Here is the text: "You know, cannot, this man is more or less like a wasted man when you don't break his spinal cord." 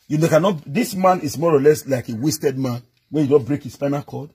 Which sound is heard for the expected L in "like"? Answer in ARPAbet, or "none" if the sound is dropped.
L